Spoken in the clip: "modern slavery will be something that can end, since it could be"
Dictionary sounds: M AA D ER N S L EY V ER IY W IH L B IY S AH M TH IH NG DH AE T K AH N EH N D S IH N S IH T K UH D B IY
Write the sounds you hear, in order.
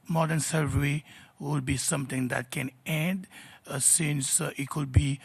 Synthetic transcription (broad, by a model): M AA D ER N S EY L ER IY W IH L B IY S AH M T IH NG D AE T K AH N EH N D S IH N S IH T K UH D B IY